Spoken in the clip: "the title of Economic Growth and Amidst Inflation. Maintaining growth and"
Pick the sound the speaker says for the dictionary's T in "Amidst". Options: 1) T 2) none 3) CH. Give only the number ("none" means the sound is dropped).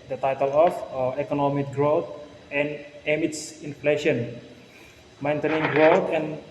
2